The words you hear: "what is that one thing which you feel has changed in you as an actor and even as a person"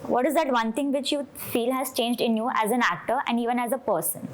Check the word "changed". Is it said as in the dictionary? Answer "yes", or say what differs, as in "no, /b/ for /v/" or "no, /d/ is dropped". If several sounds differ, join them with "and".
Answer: yes